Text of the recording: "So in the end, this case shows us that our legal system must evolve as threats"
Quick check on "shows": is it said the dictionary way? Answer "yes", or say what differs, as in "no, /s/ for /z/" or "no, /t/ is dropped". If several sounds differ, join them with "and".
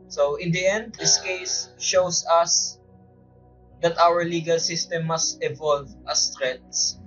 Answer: no, /s/ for /z/